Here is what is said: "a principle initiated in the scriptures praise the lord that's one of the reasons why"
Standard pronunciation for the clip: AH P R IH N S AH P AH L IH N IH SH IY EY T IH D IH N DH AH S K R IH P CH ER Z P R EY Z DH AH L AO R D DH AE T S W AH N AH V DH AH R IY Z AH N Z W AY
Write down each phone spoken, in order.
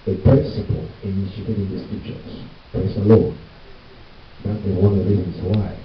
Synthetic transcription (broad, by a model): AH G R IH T S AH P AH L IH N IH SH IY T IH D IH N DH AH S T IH CH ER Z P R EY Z DH AH L AO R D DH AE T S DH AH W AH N DH AH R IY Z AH N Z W AY